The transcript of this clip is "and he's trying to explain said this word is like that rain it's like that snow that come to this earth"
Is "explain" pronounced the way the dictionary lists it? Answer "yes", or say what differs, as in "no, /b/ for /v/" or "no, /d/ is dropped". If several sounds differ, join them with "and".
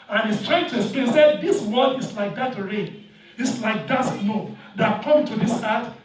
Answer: no, /k/ is dropped